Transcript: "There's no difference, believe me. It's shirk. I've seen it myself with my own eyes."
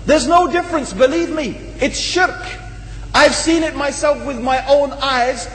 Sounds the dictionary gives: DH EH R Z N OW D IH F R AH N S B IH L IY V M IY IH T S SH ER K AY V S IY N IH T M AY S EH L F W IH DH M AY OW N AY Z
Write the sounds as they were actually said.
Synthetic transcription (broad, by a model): DH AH R Z N OW D IH F R AH N S B IH L IY V M IY IH T S SH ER K AY V S IY N IH T M AY S EH L F W IH DH M AY OW N AY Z